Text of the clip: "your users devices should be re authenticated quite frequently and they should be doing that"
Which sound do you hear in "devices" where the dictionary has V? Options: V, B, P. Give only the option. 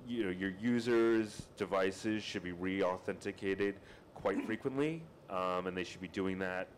V